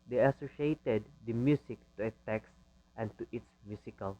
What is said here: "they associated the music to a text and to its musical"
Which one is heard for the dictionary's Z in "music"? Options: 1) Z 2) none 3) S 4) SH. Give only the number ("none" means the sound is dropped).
3